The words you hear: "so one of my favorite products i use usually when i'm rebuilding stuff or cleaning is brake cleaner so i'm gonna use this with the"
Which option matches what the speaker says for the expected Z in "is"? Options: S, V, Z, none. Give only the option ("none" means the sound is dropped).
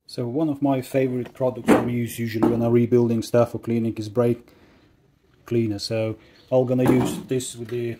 Z